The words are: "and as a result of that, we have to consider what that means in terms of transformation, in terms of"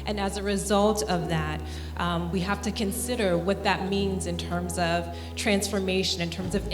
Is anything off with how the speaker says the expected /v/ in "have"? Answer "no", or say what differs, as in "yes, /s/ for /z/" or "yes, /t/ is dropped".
yes, /f/ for /v/